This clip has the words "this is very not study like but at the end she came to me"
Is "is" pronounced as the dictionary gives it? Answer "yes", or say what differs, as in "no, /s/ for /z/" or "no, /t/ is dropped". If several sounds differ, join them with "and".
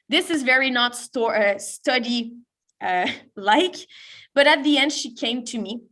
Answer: yes